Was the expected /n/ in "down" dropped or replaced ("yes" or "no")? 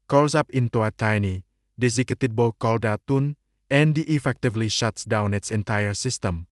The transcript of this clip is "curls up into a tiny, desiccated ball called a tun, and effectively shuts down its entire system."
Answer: no